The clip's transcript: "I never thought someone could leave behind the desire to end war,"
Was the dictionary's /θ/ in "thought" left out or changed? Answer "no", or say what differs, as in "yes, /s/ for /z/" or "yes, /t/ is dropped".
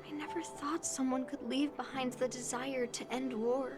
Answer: no